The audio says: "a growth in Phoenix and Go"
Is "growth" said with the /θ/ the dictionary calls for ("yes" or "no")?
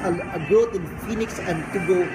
no